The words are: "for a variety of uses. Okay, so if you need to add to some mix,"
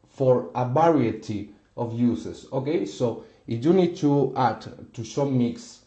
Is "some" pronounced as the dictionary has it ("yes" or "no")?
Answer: no